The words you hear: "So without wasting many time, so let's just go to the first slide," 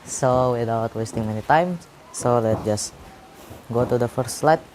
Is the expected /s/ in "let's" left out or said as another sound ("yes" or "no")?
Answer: yes